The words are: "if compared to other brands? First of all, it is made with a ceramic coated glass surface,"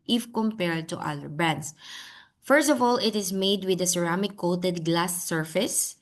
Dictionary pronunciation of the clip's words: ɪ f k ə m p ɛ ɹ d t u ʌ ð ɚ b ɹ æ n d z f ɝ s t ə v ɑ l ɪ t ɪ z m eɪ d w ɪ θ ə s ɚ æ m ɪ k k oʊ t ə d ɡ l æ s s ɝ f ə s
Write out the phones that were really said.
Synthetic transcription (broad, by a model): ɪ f k ə m p ɛ ɹ d t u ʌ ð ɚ b æ n d s f ɝ s t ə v ɑ l ɪ t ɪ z m eɪ d w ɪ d ə s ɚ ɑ m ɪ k k oʊ t ə d ɡ l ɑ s s ɝ f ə s